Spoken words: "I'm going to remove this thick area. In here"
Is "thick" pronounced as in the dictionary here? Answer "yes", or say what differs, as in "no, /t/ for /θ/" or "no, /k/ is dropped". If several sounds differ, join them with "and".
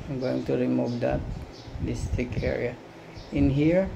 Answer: no, /t/ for /θ/